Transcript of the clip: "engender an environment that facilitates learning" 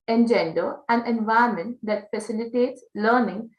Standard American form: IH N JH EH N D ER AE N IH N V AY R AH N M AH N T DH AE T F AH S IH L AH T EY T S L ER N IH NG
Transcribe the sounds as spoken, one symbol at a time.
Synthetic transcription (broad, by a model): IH N JH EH N D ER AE N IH N V AY AH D M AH N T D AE T F AH S IH L AH T EY T S L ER N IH NG